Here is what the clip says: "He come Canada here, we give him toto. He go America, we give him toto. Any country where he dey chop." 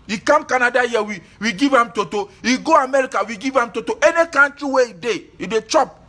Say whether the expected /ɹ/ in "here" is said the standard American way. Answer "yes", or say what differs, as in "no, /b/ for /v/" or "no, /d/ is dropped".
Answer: no, /w/ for /ɹ/